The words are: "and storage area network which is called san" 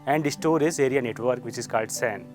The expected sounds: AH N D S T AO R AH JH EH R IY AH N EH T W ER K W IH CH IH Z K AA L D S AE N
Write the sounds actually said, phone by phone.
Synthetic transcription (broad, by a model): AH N D S T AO R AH Z EH R IY AH N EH T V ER K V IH CH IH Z K AA L D S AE N